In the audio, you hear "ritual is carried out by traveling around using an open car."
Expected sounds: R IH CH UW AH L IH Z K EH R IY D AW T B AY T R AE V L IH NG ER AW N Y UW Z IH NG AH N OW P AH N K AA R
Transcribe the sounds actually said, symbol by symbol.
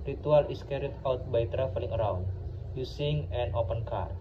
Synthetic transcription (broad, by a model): R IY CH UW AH L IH S K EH R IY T AW T B AY T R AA F L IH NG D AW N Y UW S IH NG AH N OW P AH N K AA R